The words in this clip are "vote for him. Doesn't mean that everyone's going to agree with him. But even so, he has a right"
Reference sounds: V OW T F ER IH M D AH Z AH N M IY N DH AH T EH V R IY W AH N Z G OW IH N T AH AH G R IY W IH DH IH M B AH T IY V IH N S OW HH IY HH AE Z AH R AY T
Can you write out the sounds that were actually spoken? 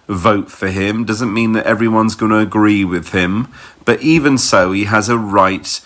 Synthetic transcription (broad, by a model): V OW T F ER IH M D AH Z AH N M IY N DH AH T EH V R IY W AH N Z G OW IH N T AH AH G R IY W IH DH IH M B AH T IY V IH N S OW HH IY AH Z AH R AY T